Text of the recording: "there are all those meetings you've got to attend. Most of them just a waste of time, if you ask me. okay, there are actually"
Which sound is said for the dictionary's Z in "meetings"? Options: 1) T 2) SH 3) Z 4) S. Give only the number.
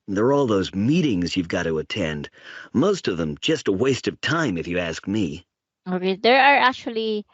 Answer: 3